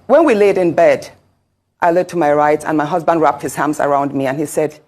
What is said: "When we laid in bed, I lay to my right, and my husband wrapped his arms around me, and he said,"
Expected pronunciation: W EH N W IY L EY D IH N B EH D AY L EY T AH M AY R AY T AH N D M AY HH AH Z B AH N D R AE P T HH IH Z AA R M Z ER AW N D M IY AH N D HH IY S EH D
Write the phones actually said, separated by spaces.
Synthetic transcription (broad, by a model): W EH N W IY L EY D IH N B EH D AY L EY T AH M AY R AY T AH N M AY HH AH Z B AH N D R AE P T HH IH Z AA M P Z ER AW N D M IY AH N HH IY S EH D